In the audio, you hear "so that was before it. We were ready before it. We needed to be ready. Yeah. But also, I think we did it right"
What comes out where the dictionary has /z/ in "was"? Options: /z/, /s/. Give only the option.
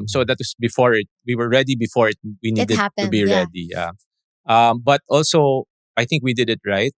/s/